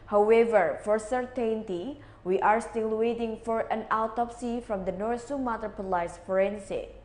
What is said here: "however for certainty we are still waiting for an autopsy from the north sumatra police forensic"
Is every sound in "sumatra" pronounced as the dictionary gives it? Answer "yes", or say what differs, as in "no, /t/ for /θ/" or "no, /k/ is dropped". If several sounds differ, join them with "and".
no, /ɹ/ is dropped